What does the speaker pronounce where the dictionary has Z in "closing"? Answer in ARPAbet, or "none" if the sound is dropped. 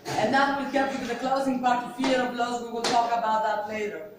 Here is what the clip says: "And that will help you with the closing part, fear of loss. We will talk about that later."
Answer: Z